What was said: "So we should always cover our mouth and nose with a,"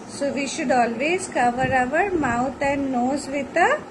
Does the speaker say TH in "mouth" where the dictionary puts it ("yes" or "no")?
no